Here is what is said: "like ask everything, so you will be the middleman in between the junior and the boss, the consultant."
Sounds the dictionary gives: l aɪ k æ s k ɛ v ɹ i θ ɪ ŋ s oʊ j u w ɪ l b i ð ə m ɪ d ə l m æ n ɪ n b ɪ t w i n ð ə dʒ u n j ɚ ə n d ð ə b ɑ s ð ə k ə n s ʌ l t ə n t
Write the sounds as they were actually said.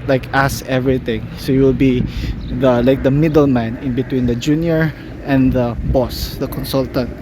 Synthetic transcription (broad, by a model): l aɪ k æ s ɛ v ɹ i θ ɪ ŋ s oʊ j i w ɪ l b i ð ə m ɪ d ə l m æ n ɪ n b ɪ t w i n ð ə dʒ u n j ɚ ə n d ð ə b ɑ s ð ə k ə n s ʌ l t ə n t